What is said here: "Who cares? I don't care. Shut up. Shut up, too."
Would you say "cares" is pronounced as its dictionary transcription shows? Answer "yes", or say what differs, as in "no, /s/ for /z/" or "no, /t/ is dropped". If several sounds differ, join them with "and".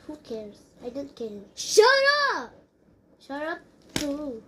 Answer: no, /s/ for /z/